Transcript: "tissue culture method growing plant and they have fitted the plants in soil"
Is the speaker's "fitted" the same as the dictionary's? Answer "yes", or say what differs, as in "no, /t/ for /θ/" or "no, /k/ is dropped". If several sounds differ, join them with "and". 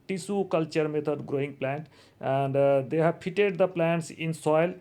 no, /p/ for /f/